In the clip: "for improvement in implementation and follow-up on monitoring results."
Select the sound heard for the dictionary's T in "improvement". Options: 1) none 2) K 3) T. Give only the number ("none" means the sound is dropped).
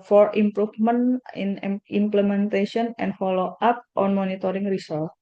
1